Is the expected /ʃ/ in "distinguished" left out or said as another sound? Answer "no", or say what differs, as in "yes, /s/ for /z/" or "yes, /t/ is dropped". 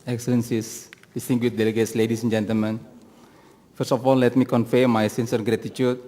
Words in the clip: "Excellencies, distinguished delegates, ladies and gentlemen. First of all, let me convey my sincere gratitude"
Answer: yes, /ʃ/ is dropped